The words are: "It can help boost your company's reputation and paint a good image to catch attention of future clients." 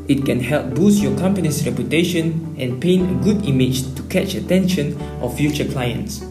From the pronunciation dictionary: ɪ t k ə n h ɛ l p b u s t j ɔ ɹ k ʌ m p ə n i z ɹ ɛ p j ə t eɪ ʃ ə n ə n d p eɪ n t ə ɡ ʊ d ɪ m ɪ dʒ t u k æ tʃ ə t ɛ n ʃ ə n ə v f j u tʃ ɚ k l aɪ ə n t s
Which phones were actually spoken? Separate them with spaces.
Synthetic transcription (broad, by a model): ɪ t k ə n h ɛ l p b u s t j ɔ k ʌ m p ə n i s ɹ ɛ p j ə t eɪ ʃ ə n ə n p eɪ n ə ɡ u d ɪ m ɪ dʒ t u k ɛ tʃ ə t ɛ n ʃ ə n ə f f j u tʃ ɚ k l aɪ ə n t s